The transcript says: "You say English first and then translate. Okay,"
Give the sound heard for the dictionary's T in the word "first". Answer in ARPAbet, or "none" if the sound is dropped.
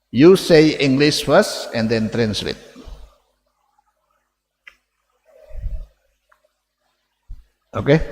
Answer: none